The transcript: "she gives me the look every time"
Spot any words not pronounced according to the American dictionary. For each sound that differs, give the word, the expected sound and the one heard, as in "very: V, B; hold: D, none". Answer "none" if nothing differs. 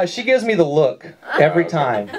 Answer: none